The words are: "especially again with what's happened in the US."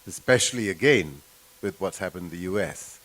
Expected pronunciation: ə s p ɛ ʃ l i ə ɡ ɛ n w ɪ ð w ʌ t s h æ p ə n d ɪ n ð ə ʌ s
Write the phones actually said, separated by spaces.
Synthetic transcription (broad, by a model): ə s p ɛ ʃ l i ə ɡ ɛ n w ɪ ð w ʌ t h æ p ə n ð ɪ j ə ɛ s